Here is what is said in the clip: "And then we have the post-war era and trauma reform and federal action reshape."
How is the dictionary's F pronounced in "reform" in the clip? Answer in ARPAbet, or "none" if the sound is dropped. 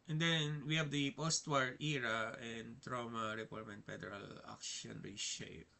P